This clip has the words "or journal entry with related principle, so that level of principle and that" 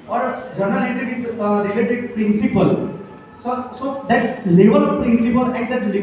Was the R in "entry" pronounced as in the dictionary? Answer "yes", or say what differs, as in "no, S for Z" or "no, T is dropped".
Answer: no, R is dropped